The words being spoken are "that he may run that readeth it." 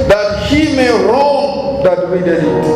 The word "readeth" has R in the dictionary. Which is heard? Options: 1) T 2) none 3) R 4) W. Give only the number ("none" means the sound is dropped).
4